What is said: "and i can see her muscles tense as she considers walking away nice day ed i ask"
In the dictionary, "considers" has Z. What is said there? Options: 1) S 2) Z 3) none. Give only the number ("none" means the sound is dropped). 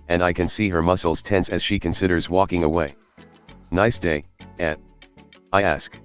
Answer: 2